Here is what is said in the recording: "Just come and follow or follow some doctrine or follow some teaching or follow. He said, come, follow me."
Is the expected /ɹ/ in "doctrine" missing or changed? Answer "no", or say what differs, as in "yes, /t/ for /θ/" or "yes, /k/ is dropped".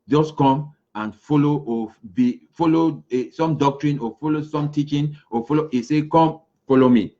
no